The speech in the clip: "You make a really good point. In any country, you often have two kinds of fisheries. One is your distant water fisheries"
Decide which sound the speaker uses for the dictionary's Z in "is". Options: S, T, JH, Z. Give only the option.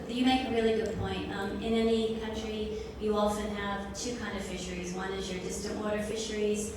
Z